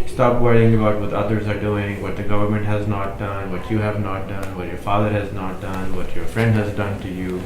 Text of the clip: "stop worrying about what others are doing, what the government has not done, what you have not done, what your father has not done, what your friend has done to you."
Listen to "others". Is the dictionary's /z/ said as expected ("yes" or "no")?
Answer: yes